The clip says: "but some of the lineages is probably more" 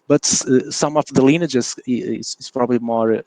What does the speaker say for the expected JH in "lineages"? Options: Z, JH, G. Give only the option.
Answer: Z